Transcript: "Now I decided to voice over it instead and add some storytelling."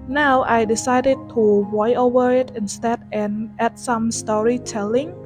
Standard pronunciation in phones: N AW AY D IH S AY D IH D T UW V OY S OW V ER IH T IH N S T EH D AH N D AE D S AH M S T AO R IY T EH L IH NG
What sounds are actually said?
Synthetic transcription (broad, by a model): N AW AY D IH S AY D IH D T UW W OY OW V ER IH T IH N S T EH D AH N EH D S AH M S T AO R IY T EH L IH NG